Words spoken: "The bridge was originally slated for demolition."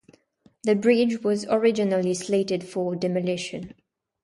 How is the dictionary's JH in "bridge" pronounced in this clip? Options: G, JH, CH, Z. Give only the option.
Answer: JH